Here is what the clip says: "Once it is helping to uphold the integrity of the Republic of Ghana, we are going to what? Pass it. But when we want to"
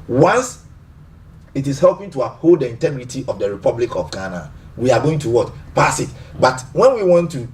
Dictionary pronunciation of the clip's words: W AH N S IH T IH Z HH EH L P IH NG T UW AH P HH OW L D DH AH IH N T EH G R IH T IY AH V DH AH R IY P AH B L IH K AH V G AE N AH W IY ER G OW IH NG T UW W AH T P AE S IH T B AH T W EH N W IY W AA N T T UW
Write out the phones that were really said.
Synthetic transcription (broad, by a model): W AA N S IH T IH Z HH EH L P IH NG T UW AH P HH OW L D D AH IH N T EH G R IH T IY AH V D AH R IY P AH B L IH K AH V G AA N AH W IY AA G OW IH NG T UW W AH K P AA S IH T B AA T W EH N W IY W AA N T T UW